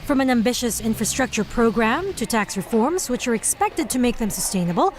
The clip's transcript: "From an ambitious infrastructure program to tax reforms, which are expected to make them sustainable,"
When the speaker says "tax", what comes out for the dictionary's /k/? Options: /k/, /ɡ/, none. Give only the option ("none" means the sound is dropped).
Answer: /k/